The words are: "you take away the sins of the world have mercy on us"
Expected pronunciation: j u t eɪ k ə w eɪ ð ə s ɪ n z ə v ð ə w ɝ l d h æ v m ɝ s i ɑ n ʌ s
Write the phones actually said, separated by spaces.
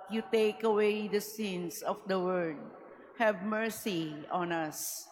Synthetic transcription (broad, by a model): j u t eɪ k ə w eɪ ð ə s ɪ n s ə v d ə w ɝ d h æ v m ɝ s i ɑ n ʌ s